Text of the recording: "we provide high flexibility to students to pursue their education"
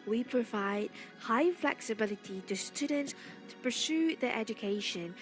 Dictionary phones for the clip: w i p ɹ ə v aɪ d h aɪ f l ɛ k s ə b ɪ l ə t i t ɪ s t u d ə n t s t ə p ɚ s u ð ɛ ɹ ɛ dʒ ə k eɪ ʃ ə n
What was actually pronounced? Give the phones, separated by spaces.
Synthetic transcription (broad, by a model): w i p ɹ ə v aɪ d h aɪ f l ɛ k s ə b ɪ l ə t i t ɪ s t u d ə n t s t ə p ɚ s u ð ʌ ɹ ɛ dʒ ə k eɪ ʃ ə n